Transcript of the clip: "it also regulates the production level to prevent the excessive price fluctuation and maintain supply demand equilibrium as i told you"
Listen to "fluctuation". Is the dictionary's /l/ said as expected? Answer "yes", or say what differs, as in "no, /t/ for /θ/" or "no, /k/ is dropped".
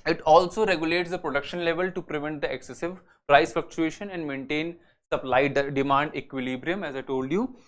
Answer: no, /l/ is dropped